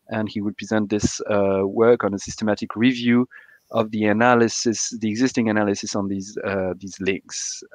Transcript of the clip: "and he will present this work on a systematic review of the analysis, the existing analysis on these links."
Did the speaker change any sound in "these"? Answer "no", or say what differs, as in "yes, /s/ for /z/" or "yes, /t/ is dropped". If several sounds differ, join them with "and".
no